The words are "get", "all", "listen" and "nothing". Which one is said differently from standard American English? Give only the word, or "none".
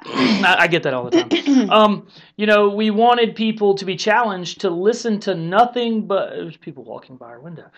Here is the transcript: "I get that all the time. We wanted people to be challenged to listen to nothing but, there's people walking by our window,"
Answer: none